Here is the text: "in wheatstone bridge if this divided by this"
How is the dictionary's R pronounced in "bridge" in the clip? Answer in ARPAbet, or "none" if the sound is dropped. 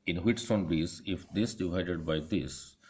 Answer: none